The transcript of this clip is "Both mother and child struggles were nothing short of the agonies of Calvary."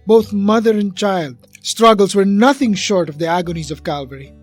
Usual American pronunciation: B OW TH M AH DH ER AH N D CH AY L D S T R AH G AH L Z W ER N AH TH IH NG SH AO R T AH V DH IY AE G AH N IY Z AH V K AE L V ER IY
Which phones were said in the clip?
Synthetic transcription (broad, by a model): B OW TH M AH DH ER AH N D CH AY L D S T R AH G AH L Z W ER N AH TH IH NG SH AO R T AH V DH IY AE G AH N IY Z AH V K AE L V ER IY